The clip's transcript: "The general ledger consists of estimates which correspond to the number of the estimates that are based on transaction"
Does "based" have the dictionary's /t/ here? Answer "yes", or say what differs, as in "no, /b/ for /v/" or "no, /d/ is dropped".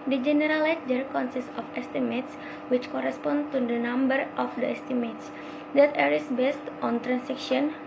yes